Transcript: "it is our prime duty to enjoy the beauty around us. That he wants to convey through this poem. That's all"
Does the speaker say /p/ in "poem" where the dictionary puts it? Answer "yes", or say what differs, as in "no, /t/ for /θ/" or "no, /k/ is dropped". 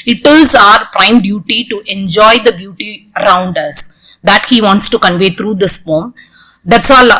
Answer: no, /f/ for /p/